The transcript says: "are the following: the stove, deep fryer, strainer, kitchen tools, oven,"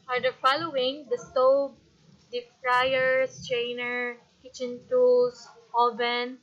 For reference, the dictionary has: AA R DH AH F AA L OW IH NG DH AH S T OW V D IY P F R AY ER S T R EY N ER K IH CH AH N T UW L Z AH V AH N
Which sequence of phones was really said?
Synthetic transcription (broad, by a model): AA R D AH F AA L OW IH NG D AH S T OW B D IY F R AY ER S T R EY N ER K IH CH AH N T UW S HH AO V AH N